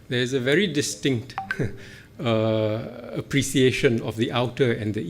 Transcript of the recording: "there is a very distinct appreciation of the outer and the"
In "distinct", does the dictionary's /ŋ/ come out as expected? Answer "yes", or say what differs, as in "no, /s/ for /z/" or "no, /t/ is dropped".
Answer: yes